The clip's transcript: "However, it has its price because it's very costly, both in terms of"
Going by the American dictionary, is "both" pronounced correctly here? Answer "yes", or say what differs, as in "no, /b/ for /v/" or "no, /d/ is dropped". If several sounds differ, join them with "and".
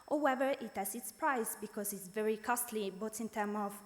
no, /t/ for /θ/